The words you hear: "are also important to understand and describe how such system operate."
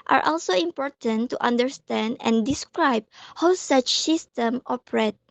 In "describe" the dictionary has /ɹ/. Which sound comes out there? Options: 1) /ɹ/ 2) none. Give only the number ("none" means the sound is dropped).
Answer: 1